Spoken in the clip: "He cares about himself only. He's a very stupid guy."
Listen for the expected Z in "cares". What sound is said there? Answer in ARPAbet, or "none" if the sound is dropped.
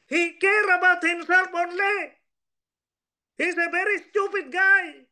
none